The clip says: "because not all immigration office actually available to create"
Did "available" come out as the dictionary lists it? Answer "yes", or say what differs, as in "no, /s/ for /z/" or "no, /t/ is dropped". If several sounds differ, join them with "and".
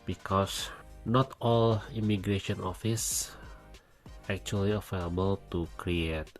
no, /f/ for /v/